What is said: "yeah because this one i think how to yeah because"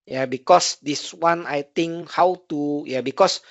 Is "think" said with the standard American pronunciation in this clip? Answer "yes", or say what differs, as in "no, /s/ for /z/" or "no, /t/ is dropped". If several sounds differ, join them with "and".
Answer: no, /t/ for /θ/